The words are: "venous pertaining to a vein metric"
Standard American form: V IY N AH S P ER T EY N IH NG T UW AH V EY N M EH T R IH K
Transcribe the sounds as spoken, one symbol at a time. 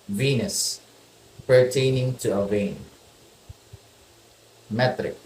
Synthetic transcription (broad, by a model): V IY N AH S P ER T EY N IH NG T UW AH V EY N M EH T R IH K